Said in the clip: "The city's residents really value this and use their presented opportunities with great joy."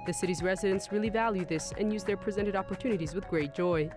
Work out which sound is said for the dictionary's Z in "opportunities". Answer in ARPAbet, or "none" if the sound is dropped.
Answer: Z